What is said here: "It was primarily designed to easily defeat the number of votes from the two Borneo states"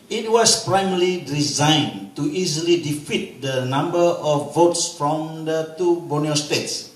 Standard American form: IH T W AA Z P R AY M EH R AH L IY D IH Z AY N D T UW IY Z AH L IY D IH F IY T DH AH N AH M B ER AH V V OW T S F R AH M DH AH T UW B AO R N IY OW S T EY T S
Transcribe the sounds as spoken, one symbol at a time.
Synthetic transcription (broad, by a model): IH T W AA S P R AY M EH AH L IY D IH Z AY N T UW IY Z AH L IY D IH F IY T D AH N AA M B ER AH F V OW T S F R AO M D AH T UW B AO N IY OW S T EY T S